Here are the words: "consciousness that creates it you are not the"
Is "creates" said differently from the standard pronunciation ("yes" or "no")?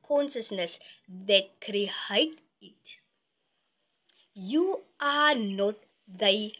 yes